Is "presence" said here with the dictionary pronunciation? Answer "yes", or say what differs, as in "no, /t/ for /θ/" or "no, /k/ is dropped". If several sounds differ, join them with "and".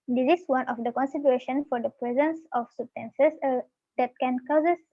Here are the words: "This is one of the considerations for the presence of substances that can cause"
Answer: yes